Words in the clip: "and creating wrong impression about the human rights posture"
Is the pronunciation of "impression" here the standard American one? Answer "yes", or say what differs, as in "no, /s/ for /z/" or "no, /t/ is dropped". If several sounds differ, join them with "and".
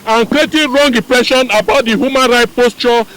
no, /m/ is dropped